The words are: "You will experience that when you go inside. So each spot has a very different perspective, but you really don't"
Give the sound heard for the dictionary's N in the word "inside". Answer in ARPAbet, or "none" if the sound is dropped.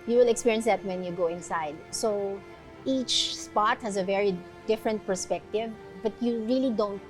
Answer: N